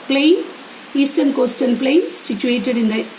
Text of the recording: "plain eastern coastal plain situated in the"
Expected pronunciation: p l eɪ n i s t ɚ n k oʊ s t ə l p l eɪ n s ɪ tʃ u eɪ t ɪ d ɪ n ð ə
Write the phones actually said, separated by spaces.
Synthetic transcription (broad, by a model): p l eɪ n i s t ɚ n k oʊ s t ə n p l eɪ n s ɪ tʃ u eɪ t ɪ d ɪ n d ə